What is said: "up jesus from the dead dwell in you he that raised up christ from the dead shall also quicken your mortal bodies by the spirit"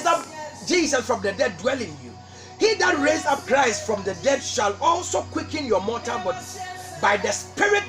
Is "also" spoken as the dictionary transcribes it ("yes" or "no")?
yes